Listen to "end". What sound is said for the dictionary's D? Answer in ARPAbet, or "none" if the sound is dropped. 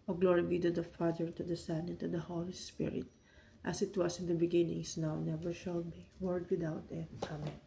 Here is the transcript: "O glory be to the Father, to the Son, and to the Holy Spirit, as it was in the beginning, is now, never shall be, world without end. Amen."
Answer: none